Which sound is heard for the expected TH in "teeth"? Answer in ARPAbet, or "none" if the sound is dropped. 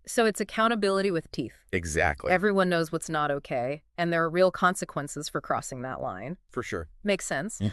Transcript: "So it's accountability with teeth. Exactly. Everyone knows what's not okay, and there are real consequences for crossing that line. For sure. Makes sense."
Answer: TH